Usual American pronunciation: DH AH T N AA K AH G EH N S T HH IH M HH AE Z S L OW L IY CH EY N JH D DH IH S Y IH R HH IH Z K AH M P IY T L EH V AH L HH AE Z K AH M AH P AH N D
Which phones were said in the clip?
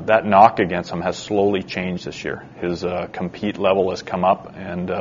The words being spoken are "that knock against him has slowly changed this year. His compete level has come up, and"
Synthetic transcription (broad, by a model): DH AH T N AA K AH G EH N S T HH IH M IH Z S L OW L IY CH EY N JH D DH IH S Y IH R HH IH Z K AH M P IY T L EH V L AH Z K AH M AH P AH N